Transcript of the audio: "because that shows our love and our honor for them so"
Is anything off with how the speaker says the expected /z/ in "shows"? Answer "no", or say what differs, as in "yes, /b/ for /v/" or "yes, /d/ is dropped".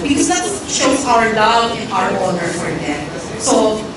yes, /z/ is dropped